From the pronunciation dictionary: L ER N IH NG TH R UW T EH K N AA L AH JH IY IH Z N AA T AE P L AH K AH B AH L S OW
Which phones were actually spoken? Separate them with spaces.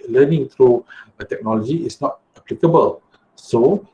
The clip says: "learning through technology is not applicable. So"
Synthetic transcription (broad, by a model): L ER N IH NG T R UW T EH K N AA L AH JH IY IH S N AA T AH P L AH K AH B AH L S OW